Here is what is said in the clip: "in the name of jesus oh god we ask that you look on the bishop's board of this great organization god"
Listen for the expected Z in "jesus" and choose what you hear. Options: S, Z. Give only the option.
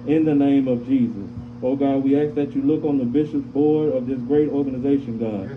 Z